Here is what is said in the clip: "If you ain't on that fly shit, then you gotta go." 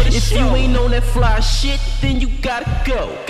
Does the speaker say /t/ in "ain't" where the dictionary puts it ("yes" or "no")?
no